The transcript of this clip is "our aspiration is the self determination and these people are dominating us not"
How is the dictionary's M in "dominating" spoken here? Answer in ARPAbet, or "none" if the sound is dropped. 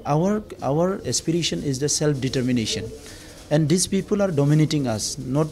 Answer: M